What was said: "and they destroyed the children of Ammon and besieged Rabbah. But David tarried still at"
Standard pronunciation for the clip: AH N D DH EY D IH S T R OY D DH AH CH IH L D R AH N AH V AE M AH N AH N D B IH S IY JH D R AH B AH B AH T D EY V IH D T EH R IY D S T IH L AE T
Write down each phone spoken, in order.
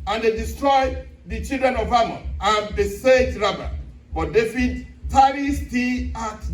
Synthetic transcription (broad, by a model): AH N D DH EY D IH S T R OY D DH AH CH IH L D R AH N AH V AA M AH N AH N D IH S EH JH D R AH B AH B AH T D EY F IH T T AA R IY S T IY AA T